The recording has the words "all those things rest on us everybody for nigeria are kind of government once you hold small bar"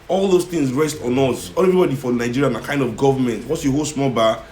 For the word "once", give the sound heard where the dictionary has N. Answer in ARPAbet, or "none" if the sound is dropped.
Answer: none